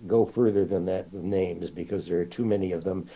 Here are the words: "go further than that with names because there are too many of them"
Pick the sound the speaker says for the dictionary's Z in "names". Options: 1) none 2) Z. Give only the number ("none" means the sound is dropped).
2